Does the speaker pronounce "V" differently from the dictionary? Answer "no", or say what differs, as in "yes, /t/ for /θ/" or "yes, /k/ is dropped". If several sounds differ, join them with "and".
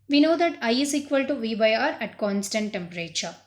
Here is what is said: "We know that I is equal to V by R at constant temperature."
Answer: no